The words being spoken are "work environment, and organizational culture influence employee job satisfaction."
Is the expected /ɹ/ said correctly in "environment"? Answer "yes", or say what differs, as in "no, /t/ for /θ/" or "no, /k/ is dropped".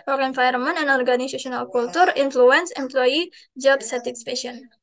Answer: no, /ɹ/ is dropped